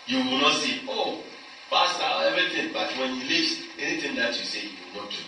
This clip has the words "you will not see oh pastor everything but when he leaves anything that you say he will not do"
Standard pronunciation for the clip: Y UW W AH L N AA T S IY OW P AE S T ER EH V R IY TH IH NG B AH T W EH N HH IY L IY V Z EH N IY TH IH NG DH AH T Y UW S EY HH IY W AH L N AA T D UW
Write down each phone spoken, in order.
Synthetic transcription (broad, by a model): Y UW W AH L N AA T S IY OW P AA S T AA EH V IY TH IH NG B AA T W EH N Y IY L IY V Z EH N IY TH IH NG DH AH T Y UW S EY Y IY W AH L N AA T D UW